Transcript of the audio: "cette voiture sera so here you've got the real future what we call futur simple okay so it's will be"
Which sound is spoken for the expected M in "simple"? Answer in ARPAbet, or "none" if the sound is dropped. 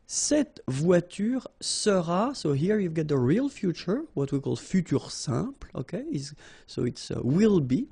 none